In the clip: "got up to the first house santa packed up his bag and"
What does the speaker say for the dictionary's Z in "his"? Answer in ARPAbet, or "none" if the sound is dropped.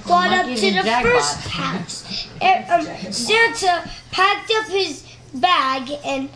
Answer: Z